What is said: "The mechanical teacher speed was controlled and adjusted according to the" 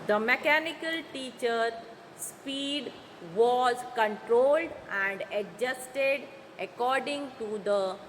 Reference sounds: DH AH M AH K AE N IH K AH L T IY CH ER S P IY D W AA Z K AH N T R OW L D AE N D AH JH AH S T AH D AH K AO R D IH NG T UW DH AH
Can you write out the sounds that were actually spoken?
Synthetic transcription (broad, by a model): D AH M AH K AE N IH K AH L T IY CH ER S P IY D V AA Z K AH N T R OW L D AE N D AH JH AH S T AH D AH K AO R D IH NG T UW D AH